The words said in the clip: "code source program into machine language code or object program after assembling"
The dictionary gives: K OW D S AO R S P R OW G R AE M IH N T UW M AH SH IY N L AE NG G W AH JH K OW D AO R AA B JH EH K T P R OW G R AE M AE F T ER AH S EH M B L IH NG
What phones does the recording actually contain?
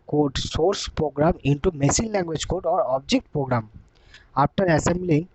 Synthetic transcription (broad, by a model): K OW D S AO R S P R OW G R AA M IH N T UW M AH S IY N L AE NG G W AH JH K OW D AO R AA B JH EH K T P R OW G R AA M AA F T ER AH S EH M B L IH NG